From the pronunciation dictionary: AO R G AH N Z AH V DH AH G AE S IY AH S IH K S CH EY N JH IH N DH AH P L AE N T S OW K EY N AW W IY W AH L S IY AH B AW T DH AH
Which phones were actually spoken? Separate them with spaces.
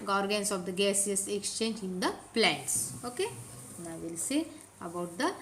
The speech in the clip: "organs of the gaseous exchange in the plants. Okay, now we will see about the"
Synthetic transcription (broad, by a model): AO R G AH N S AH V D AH G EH S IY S IH K S CH EY N JH IH N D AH P L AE N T S OW K EY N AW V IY L S IY AH B AW T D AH